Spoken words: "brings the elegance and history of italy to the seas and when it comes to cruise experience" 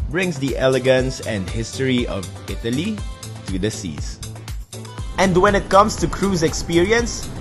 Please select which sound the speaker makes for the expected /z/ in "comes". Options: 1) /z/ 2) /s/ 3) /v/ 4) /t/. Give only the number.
2